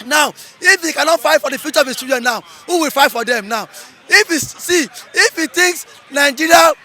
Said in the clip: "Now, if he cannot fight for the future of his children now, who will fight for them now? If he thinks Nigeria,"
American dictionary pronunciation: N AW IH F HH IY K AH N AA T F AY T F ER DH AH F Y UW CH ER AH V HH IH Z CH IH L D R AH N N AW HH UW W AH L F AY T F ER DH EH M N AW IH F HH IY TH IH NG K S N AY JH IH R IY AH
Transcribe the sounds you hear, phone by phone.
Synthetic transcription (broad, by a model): N AW IH F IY K AH N AA T F AY T F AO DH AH F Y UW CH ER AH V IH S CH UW D AH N N AW HH UW W AH L F AY T F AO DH EH M N AW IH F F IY T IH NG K S N AY JH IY R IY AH